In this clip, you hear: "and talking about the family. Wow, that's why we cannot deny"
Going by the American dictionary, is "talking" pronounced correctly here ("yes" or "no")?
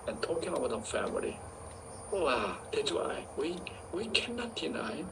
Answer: yes